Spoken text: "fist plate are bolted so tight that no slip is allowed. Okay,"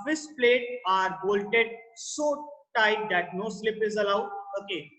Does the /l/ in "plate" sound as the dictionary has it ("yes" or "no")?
yes